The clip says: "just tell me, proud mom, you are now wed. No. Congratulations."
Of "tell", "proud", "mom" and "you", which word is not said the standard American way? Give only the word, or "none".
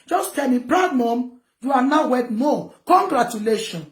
proud